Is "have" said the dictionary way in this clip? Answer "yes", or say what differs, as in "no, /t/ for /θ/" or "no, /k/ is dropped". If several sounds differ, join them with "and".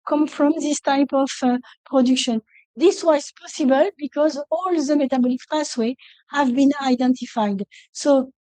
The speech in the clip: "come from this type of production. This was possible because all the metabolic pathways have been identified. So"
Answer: yes